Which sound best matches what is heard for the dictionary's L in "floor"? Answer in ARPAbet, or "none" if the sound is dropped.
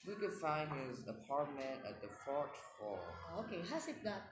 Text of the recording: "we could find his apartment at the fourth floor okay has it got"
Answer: none